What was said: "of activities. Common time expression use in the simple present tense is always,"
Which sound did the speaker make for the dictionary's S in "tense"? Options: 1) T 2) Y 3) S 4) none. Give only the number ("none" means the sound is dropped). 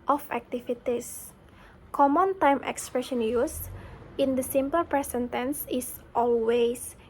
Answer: 3